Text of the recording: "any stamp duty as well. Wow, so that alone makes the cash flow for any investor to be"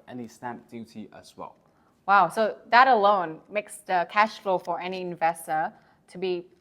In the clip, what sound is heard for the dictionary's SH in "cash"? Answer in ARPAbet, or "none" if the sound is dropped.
SH